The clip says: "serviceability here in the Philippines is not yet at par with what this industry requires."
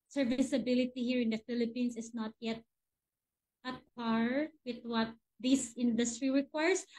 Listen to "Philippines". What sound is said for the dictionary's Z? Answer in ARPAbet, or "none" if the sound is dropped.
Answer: S